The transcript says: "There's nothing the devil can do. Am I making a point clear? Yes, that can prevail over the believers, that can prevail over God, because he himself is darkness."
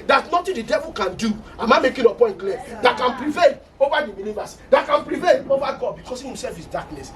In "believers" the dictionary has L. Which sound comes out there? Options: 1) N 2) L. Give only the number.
1